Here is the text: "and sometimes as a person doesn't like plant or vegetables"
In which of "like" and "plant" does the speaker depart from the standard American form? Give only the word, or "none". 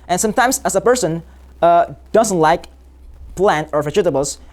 none